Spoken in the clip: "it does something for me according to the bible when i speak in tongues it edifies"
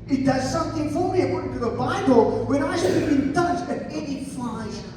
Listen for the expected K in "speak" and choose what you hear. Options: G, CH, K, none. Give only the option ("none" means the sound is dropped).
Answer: none